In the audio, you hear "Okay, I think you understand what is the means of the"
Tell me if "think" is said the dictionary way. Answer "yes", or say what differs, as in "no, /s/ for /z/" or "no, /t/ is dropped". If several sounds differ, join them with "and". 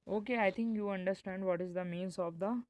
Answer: no, /t/ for /θ/